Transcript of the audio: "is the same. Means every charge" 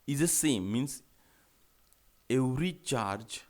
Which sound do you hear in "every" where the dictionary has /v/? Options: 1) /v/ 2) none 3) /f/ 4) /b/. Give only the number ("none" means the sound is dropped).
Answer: 2